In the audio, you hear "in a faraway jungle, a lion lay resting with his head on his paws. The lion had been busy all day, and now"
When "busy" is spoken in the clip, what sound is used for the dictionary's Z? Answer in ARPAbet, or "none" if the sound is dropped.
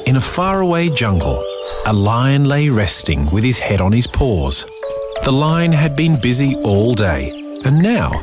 Z